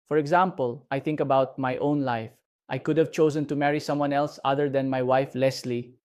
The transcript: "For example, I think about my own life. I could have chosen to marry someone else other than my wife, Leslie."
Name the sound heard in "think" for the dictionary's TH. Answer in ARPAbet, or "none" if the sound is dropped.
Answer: T